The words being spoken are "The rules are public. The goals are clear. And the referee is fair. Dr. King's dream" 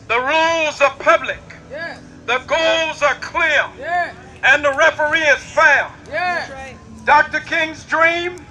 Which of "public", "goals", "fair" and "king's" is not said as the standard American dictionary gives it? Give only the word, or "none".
fair